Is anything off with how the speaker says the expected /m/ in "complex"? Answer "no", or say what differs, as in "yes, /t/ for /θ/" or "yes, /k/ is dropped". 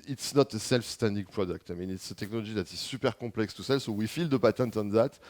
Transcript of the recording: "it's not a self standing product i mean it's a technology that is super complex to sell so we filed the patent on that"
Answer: yes, /m/ is dropped